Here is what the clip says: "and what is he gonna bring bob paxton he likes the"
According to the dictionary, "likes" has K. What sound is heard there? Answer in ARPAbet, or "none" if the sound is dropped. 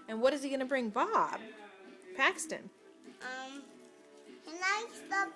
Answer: none